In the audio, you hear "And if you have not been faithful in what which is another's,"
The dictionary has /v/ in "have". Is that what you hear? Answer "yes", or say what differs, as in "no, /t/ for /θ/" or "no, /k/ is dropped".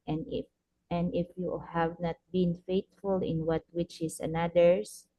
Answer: yes